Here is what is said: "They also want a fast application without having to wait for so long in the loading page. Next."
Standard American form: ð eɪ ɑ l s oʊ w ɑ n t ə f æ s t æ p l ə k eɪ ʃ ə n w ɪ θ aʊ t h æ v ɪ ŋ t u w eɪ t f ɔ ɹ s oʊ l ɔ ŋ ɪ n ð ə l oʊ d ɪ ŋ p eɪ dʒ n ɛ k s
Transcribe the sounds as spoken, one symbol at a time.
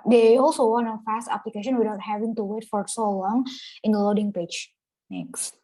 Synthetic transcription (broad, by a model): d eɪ ɑ l s oʊ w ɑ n ə f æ s t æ p l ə k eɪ ʃ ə n w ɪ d aʊ t h æ v ɪ ŋ t u w eɪ t f ɔ ɹ s oʊ l ɔ ŋ ɪ n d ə l oʊ d ɪ ŋ p eɪ dʒ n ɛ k s